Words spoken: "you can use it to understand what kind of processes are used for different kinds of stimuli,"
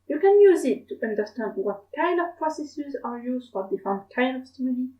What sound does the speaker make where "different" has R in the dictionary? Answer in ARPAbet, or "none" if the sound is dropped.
none